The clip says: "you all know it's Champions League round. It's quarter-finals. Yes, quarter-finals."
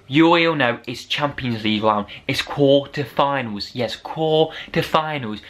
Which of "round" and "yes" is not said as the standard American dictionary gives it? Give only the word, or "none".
round